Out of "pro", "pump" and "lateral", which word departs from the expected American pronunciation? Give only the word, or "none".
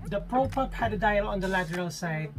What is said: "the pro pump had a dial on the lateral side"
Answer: pump